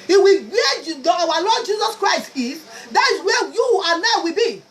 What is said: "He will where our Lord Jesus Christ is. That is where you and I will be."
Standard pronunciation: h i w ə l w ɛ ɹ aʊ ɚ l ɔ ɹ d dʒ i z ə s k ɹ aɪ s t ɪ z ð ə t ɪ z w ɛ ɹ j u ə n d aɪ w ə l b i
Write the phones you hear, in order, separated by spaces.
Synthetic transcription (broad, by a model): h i w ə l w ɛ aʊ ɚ l ɔ d dʒ i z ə s k ɹ aɪ s t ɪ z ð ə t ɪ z w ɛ j u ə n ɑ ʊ w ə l b i